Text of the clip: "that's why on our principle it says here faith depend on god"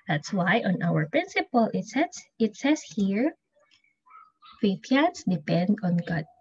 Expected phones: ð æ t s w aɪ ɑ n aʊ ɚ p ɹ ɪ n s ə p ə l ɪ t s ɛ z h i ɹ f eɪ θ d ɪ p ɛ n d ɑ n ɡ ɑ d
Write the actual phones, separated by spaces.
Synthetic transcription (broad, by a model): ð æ t s w aɪ ɑ n aʊ ɚ p ɹ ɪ n s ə p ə l ɪ t s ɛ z h i ɹ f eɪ s d ɪ p ɛ n d ɑ n ɡ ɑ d